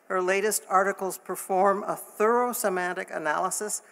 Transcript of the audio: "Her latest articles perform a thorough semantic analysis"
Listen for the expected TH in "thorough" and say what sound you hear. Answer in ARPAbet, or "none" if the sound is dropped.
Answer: TH